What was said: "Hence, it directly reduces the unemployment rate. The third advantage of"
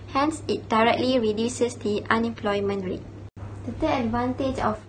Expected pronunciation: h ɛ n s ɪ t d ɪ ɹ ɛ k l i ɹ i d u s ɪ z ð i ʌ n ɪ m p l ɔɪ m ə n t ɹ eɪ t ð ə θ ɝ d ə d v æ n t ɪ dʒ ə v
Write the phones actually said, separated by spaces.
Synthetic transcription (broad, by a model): h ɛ n s ɪ t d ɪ ɹ ɛ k l i ɹ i d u s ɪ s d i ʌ n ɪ m p l ɔɪ m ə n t ɹ eɪ t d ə t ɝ ə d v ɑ n t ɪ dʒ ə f